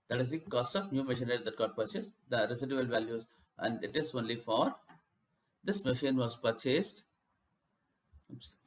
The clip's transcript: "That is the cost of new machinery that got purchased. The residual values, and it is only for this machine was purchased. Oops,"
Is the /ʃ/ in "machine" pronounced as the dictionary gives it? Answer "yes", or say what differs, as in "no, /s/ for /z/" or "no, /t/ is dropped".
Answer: yes